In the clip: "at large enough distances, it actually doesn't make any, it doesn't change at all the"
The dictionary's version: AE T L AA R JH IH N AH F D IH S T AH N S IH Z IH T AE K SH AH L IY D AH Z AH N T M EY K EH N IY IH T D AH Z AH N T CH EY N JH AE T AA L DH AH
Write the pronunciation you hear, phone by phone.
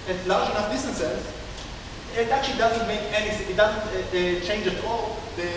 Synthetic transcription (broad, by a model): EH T L AA R JH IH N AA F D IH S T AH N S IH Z IH T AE K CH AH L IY D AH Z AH N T M EY K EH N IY IH T D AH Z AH N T CH EY N JH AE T AA L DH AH